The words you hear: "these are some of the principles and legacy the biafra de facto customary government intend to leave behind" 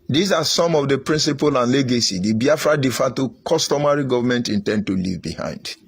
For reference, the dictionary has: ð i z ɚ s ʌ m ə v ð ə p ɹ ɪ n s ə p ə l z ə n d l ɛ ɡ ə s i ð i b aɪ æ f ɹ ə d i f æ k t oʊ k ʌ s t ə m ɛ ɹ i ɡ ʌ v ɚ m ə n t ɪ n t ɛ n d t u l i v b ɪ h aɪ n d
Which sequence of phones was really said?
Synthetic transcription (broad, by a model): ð i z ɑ s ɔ m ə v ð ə p ɹ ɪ n s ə p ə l ə n l ɛ ɡ ə s i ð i b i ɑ f ɹ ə d i f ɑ t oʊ k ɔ s t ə m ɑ ɹ i ɡ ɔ v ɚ m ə n t ɪ n t ɛ n d t u l i v b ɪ h aɪ n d